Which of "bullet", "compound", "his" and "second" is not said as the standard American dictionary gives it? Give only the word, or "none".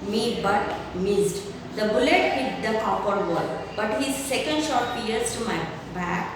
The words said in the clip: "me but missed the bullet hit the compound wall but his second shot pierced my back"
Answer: compound